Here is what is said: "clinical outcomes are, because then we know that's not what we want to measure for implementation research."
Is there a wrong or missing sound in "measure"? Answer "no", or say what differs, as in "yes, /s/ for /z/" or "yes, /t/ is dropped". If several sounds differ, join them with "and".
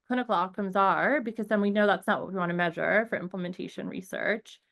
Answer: no